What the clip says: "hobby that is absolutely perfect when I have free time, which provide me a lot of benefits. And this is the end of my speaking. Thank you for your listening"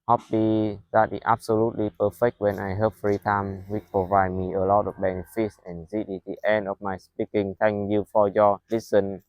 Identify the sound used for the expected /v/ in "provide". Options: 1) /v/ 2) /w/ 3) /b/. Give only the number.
1